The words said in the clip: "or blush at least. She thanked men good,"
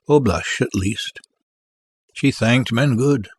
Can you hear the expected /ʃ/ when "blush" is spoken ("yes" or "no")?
yes